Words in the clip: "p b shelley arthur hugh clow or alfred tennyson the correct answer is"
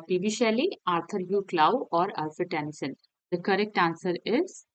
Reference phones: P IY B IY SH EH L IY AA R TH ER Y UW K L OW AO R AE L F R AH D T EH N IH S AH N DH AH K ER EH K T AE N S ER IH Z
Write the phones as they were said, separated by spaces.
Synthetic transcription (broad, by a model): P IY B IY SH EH L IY AA R T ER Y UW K L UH AO R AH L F AH T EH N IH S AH N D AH K ER EH K T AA N S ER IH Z